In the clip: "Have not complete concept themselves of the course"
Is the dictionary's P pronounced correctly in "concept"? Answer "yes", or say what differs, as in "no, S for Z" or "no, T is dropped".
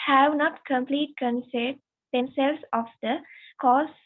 no, P is dropped